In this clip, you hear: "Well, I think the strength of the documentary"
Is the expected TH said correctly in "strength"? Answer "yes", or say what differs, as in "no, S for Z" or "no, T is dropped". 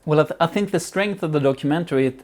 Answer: yes